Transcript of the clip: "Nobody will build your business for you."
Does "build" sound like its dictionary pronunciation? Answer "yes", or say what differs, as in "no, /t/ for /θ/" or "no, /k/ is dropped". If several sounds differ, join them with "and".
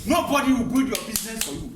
no, /l/ is dropped